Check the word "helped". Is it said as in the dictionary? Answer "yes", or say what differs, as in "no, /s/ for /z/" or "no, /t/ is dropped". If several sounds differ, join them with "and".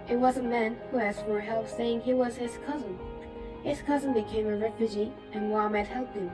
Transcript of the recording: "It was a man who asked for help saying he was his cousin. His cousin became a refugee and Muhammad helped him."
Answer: no, /t/ is dropped